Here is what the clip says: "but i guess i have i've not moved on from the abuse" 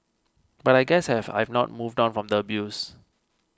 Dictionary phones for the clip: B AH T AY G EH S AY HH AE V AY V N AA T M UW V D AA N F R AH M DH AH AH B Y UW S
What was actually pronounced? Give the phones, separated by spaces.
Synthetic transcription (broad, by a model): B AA T AY G EH S HH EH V AY V N AA T M UW V D AA N F R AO M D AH AH B Y UW S